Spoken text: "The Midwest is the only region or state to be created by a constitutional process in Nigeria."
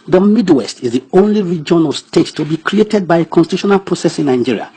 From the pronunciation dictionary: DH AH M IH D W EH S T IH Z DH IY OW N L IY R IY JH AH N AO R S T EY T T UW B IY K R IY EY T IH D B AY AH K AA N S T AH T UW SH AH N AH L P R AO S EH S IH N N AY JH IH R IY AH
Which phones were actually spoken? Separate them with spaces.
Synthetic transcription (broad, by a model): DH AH M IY D W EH S T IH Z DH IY OW N L IY R IY JH AH N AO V S T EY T T UW B IY K R IY EY T IH D B AY AH K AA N S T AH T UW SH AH N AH L P R AO S EH S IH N N AY JH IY R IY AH